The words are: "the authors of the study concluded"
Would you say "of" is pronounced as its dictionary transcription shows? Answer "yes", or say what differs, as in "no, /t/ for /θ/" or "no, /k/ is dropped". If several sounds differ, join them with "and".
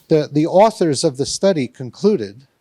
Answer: yes